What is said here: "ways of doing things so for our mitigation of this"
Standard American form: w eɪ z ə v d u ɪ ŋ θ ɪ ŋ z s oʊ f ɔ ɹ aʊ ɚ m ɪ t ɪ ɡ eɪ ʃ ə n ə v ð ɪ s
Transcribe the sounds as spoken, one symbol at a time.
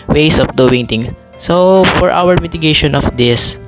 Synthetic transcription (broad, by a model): w eɪ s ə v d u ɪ ŋ t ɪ ŋ s oʊ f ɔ ɹ aʊ ɚ m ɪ t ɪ ɡ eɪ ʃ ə n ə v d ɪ s